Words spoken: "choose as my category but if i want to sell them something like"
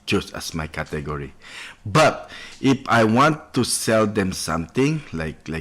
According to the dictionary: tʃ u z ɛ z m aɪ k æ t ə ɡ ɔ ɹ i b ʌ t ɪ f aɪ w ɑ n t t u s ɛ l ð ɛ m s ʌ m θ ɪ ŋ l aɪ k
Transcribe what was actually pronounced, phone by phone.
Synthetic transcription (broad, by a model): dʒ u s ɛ s m aɪ k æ t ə ɡ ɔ ɹ i b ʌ t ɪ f aɪ w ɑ n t t u s ɛ l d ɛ m s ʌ m t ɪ ŋ l aɪ k